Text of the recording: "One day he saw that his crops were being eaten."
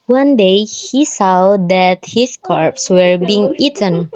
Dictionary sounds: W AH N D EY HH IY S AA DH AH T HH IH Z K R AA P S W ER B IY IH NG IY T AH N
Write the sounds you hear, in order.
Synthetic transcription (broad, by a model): W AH N D EY HH IY S AA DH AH T HH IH S K R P S W ER B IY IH NG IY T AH N